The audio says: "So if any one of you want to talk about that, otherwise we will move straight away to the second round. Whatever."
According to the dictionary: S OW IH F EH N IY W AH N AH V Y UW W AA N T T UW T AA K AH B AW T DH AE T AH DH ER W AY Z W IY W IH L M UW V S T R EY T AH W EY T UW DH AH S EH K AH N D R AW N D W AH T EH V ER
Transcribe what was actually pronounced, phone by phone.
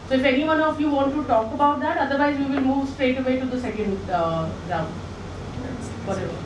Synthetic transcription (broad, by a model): S OW IH F EH N IY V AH N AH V Y UW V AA N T T UW T AA K AH B AW T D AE T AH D ER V AY Z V IY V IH L M UW V S T R EY T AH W EY T UW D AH S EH K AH N D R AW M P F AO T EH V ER